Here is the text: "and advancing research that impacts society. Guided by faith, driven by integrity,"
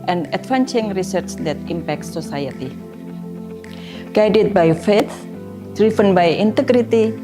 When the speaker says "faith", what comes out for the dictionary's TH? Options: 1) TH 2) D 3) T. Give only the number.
3